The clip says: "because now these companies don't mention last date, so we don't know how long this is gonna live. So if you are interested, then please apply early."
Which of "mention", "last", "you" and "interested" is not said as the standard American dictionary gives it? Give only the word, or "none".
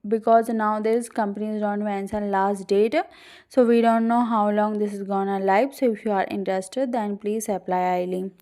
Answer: mention